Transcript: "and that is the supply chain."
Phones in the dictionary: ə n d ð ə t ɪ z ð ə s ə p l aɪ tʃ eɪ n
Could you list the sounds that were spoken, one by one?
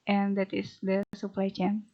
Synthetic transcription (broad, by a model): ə n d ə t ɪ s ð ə s ə p l aɪ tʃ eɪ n